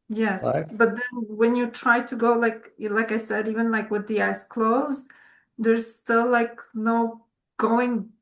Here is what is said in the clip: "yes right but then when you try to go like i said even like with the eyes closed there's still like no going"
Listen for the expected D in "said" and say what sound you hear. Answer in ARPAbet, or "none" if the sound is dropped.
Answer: D